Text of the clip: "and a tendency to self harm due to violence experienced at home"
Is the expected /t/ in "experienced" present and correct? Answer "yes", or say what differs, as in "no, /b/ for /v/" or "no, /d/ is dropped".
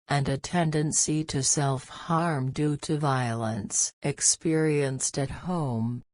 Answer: yes